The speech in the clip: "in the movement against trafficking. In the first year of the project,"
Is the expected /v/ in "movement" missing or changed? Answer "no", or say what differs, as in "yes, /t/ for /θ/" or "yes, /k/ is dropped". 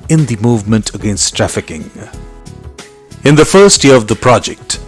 no